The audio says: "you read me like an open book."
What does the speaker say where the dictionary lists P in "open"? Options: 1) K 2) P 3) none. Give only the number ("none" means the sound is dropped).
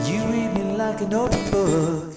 3